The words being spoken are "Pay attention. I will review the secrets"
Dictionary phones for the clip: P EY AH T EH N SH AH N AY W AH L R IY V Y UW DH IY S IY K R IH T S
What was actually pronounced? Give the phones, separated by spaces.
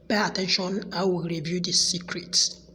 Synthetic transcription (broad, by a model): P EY AH T EH N SH AH N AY W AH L R IY V Y UW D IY S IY K R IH T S